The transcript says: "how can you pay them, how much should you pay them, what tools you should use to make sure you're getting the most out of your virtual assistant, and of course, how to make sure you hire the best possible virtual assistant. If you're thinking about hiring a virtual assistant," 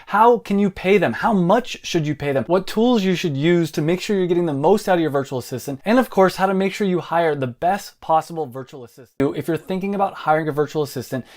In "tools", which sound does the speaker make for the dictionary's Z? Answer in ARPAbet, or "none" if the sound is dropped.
Z